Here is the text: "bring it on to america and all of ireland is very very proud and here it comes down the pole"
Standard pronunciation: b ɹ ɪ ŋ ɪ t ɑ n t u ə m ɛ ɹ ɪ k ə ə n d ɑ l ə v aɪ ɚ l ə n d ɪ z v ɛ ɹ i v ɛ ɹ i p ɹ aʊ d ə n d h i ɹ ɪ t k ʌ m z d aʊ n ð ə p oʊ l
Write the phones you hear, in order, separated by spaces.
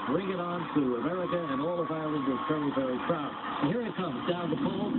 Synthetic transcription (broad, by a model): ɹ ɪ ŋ ɪ t n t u ə m ɛ ɹ ɪ k ə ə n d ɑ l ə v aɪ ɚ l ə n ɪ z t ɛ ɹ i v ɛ ɹ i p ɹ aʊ ə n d h i ɹ ɪ t k ʌ m z d aʊ n ð ə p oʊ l